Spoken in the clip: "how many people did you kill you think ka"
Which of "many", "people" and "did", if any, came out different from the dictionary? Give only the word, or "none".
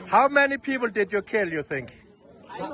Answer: none